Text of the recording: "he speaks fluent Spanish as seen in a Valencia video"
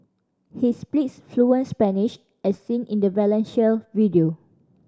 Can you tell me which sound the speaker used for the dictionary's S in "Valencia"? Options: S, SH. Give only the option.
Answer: SH